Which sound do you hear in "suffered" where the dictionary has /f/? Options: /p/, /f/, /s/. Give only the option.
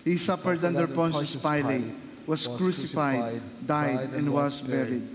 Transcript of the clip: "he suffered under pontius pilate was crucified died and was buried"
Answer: /p/